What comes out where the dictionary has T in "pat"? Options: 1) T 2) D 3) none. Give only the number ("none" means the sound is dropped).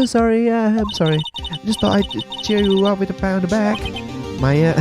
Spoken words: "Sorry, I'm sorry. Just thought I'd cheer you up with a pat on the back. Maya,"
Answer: 3